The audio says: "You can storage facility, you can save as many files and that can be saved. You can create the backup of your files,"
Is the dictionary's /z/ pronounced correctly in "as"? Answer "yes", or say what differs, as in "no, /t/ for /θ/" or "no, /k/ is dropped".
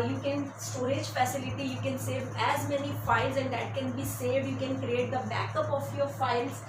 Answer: yes